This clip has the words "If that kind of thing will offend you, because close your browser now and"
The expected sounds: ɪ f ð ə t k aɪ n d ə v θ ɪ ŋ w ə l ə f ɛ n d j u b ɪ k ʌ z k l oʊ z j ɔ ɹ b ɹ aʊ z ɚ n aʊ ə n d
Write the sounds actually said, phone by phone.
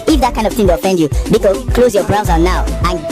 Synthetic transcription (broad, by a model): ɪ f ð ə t k aɪ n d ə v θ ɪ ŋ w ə ə f ɛ n d j u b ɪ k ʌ k l oʊ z j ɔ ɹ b ɹ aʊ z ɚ n aʊ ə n